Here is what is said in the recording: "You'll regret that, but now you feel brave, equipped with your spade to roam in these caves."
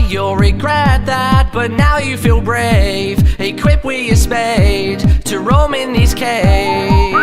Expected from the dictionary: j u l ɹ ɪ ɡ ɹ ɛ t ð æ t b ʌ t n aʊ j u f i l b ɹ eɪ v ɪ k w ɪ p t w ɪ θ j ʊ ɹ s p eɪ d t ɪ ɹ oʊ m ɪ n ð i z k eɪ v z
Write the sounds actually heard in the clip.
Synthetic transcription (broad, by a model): j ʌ l ɹ ɪ ɡ ɹ ɛ t ð æ t b ʌ t n aʊ j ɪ f i l b ɹ eɪ v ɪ k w ɪ p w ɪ j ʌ ɹ s p eɪ d t ɪ ɹ oʊ m ɪ n ð i z k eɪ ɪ